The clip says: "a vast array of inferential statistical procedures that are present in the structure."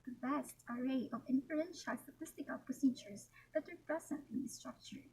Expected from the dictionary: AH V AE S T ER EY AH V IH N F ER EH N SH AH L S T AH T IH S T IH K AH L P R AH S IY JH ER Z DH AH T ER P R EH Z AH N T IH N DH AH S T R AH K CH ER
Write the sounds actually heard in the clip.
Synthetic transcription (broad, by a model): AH B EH S T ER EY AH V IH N F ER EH N SH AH L S T AH T IH S T IH K AH L P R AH S IY JH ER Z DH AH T ER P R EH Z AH N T IH N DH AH S T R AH K CH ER